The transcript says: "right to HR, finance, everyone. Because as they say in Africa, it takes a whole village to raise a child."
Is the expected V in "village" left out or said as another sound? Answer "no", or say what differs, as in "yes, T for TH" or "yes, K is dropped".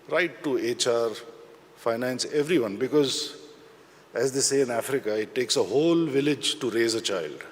no